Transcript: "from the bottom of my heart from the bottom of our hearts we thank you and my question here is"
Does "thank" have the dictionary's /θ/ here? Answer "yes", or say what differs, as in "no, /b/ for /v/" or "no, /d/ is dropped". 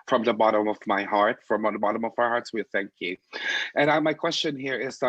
yes